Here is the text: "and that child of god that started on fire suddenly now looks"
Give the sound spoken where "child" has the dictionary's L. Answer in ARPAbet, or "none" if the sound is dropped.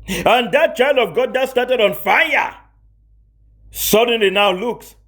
L